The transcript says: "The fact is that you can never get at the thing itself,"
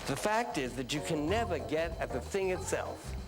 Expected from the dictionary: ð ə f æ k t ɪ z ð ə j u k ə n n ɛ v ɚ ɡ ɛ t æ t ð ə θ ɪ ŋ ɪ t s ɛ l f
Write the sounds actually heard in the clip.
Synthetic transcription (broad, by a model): ð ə f æ k t ɪ z ð ə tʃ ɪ k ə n n ɛ v ɚ ɡ ɛ t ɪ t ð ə θ ɪ ŋ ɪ t s ɛ l f